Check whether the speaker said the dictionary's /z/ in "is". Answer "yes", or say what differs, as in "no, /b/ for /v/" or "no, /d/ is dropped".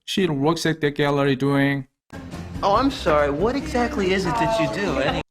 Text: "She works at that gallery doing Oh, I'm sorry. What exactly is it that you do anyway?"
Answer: yes